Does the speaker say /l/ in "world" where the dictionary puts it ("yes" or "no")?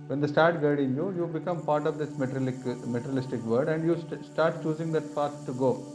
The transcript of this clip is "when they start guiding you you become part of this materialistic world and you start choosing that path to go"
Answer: no